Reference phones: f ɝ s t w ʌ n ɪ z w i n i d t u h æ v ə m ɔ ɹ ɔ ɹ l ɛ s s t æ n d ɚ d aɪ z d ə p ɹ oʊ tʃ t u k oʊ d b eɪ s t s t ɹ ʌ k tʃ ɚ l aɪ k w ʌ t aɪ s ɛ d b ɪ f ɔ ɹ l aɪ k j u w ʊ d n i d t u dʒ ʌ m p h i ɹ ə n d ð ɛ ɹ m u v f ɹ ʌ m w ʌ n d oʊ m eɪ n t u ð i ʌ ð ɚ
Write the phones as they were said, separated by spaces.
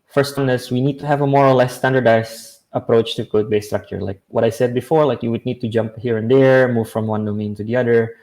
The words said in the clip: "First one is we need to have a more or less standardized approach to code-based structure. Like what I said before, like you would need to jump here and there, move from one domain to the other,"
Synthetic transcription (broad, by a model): f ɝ s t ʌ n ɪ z w i n i d t u h æ v ə m ɔ ɹ ɔ ɹ l ɛ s s t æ n d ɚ d aɪ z ə p ɹ oʊ tʃ t u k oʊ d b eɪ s s t ɹ ʌ k tʃ ɚ l aɪ k w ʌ t aɪ s ɛ d b ɪ f ɔ ɹ l aɪ k j u w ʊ d n i d t u dʒ ʌ m p h i ɹ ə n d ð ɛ ɹ m u v f ɹ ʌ m w ʌ n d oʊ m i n t u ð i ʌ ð ɚ